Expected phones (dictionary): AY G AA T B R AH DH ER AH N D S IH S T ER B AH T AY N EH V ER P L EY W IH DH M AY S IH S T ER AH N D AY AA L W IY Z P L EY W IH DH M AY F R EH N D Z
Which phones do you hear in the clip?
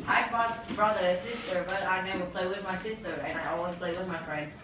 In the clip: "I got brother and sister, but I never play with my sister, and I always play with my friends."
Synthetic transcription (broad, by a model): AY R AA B R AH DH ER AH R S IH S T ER B AH T AY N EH W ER P L EY W IH DH M AY S IH S T ER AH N AY AA L W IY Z P L EY W IH DH M AY F R EH N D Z